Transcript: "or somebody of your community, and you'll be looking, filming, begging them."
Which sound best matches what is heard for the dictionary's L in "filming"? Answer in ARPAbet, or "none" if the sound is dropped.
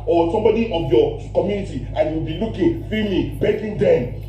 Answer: none